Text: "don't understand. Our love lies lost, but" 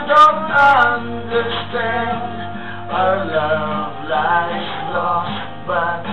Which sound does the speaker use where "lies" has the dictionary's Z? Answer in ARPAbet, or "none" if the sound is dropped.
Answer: S